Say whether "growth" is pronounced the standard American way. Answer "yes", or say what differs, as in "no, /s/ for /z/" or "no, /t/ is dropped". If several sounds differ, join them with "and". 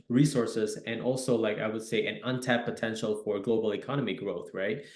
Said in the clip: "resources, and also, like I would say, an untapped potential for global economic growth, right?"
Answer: yes